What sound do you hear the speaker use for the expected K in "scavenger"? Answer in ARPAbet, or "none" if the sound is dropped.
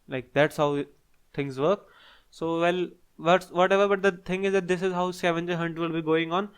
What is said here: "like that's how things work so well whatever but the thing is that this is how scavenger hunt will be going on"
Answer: none